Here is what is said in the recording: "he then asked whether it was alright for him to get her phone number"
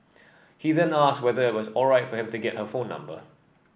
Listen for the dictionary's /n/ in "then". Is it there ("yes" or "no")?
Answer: yes